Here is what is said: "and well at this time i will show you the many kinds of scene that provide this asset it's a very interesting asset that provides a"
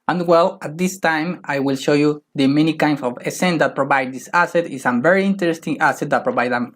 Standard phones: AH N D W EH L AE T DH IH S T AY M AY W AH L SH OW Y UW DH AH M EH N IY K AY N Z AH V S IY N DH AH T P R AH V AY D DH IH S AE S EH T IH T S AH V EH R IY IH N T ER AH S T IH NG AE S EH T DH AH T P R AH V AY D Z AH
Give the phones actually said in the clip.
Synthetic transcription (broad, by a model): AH N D W EH L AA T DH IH S T AY M AY W AH L SH OW Y UW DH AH M EH N IY K AY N S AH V S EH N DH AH T P R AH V AY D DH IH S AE S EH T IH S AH V EH R IY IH N T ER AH S T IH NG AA S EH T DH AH T P R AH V AY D AH